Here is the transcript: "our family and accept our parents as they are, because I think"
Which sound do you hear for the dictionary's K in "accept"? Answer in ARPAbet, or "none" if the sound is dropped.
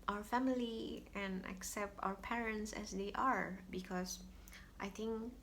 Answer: K